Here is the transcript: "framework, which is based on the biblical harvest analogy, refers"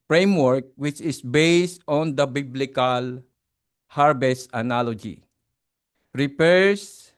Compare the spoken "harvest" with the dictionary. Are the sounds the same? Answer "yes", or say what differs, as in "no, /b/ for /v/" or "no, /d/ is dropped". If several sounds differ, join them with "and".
no, /b/ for /v/